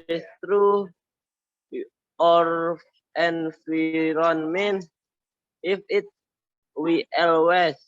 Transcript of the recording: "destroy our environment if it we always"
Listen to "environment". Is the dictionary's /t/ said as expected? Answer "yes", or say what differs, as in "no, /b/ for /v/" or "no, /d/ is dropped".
no, /t/ is dropped